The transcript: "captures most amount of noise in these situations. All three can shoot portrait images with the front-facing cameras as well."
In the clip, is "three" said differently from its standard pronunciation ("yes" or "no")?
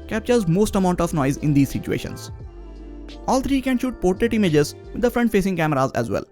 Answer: yes